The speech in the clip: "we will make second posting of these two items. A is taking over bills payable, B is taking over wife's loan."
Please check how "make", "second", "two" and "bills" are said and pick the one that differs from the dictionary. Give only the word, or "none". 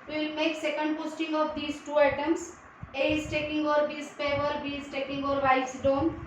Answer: bills